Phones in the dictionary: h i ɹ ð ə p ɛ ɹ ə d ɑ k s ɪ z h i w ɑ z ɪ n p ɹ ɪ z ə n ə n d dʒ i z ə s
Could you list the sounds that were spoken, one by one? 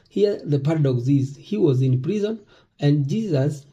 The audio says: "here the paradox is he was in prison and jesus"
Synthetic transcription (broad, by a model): h i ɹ ð ə p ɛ ɹ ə d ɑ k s ɪ z h i w ɑ z ɪ n p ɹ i z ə n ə n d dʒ i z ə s